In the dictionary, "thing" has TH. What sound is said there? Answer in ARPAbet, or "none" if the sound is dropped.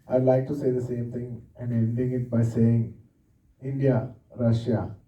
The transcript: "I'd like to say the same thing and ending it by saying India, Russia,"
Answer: T